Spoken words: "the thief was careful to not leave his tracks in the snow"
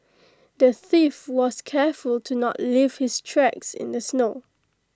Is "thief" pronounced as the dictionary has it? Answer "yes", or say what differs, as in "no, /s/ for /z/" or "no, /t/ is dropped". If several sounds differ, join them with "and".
yes